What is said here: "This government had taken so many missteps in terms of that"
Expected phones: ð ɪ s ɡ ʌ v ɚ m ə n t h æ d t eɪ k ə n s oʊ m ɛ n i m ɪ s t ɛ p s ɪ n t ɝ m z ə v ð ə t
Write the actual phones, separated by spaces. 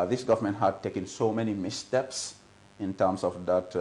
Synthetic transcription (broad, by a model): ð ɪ s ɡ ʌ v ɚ m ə n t h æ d t eɪ k ə n s oʊ m ɛ n i m ɪ s t ɛ p s ɪ n t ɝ m s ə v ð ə t